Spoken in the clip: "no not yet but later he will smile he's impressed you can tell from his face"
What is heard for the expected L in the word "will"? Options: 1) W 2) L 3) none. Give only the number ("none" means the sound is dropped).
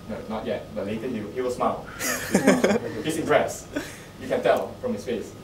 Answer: 1